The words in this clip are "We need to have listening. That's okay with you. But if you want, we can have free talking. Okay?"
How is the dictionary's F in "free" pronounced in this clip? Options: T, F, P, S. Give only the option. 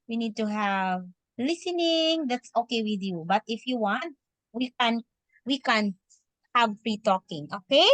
P